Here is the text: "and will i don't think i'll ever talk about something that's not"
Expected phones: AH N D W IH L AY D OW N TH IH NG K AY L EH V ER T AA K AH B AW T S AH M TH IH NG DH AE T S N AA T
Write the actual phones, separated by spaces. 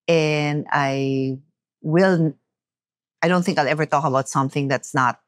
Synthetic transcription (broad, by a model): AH N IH W IH L AY D OW N TH IH NG K AY L EH V ER T AA K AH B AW T S AH M TH IH NG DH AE T S N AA T